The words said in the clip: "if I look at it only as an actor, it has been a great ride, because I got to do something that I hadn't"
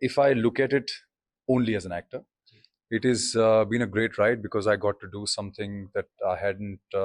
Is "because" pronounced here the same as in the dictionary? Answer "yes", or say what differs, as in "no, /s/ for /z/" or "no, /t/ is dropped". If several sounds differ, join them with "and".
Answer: yes